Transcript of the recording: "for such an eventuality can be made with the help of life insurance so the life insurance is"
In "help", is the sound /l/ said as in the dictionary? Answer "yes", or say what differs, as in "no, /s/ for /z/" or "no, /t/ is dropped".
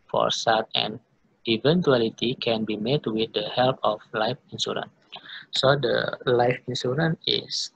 yes